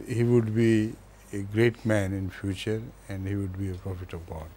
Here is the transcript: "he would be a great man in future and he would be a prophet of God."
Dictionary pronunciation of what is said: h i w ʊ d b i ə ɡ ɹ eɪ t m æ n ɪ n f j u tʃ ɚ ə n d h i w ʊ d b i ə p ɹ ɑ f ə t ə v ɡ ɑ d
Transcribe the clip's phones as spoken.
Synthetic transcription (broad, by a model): h i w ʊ d b i ə ɡ ɹ eɪ t m æ n ɪ n f j u tʃ ɚ ə n d h i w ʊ d b i ə p ɹ ɑ f ə t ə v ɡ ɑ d